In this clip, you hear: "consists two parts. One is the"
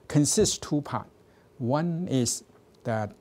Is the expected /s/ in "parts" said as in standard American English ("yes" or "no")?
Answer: no